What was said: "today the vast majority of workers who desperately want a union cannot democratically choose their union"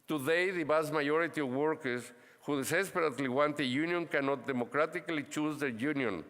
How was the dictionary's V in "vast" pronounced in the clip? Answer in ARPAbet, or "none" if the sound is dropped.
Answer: B